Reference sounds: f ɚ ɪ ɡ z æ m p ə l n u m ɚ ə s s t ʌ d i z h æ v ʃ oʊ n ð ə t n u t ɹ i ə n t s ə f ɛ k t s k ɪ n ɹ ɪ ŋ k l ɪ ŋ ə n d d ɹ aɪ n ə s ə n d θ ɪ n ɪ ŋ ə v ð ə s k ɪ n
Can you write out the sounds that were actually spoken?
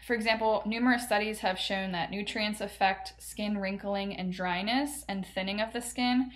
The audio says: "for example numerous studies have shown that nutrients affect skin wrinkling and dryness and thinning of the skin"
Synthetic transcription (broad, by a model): f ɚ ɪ ɡ z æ m p l n u m ɚ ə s s t ʌ d i z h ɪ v ʃ oʊ n ð ə t n u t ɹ i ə n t s ə f ɛ k t s k ɪ n ɹ ɪ ŋ k l ɪ ŋ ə n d d ɹ aɪ n ə s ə n θ ɪ n ɪ ŋ ə v ð ə s k ɪ n